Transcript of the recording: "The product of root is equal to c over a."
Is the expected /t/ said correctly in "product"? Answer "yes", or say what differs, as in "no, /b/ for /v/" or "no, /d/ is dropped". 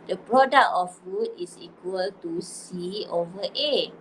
no, /t/ is dropped